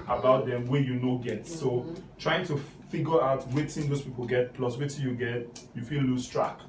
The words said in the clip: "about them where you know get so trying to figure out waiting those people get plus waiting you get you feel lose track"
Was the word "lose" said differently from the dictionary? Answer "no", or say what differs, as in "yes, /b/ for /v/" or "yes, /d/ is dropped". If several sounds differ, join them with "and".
yes, /s/ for /z/